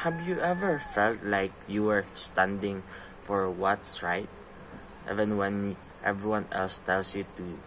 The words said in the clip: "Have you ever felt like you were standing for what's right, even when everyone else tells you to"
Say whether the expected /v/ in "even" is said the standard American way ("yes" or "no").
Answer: yes